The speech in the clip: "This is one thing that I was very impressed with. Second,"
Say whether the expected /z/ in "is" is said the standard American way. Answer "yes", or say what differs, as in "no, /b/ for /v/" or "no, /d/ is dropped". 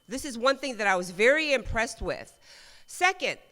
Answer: yes